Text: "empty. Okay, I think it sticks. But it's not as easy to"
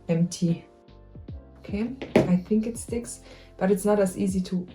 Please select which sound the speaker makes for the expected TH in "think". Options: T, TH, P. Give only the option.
TH